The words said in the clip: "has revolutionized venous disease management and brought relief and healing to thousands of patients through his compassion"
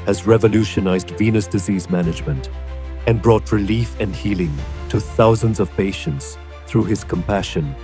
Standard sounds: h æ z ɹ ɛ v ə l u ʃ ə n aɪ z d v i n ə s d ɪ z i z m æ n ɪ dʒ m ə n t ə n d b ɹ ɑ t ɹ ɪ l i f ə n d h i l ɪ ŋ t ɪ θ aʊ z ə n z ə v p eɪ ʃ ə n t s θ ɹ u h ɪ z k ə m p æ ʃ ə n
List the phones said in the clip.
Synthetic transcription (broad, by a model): h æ z ɹ ɛ v ə l u ʃ ə n aɪ z d v i n ə s d ɪ z i z m æ n ɪ dʒ m ə n t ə n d b ɹ ɑ t ɹ ɪ l i f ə n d h i l ɪ ŋ t ɪ θ aʊ z ə n z ə v p eɪ ʃ ə n t s θ ɹ u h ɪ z k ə m p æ ʃ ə n